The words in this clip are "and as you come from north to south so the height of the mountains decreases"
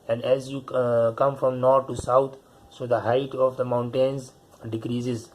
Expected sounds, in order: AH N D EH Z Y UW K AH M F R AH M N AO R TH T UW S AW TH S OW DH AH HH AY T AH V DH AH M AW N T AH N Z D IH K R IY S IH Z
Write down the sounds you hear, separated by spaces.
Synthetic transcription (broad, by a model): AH N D EH Z Y UW K AH M F R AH M N AO R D T UW S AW T S OW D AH HH AY T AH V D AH M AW N T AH N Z D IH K R IY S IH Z